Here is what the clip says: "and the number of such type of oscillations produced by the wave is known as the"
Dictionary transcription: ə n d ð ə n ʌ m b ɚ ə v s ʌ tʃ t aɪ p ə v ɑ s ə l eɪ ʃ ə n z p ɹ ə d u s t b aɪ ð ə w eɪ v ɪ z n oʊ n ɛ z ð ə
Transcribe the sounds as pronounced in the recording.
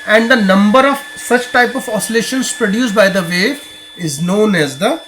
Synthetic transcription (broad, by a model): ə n d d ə n ʌ m b ɚ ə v s ʌ tʃ t aɪ p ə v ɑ s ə l eɪ ʃ ə n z p ɹ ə d u s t b aɪ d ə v eɪ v ɪ z n oʊ n ɛ z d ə